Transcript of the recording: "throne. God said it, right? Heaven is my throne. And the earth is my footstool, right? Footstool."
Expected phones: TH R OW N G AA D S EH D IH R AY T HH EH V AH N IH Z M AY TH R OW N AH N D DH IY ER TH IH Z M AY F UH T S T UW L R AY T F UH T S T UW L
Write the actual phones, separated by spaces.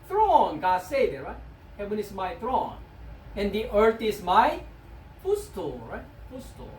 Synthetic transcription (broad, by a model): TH R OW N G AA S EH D IH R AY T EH W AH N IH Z M AY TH R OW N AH N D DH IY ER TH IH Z M AY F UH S T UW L R AY T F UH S T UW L